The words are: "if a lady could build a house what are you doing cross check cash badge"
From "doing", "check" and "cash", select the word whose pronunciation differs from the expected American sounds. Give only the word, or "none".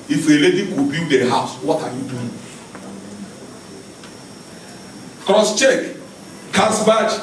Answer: cash